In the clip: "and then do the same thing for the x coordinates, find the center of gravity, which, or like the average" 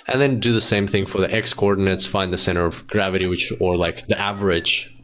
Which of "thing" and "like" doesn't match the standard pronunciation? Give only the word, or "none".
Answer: none